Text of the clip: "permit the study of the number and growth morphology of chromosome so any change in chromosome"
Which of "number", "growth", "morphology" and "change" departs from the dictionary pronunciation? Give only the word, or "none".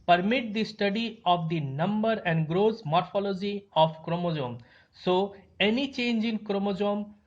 growth